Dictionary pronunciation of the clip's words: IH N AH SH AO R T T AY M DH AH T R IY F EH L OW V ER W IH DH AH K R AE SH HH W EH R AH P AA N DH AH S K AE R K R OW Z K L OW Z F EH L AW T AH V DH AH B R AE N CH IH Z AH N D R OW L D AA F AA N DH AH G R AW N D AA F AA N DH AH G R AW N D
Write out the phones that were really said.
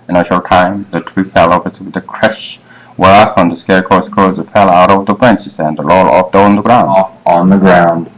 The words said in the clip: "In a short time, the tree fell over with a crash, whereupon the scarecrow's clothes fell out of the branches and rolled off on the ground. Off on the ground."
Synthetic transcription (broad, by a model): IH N AH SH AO R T T AY M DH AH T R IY F EH L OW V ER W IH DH AH K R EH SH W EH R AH F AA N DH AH S K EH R K OW S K OW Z F EH L AW T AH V DH AH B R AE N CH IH S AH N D L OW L AA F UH N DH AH G R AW AA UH N DH AH G R AW N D